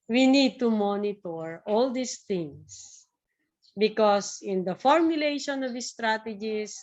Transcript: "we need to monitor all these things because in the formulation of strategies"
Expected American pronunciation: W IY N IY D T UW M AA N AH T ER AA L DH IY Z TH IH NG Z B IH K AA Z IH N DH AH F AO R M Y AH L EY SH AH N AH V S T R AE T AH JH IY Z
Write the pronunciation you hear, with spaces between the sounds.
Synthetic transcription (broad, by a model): W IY N IY D T UW M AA N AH T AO AA L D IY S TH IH NG S B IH K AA S IH N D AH F AO R M Y AH L EY SH AH N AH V S T R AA T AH JH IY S